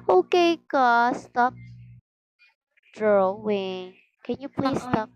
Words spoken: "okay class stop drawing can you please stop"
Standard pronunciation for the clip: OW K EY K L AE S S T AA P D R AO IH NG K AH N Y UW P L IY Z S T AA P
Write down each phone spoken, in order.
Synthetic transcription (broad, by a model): OW K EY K AO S S T AA P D R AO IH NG K AH N Y UW P L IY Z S T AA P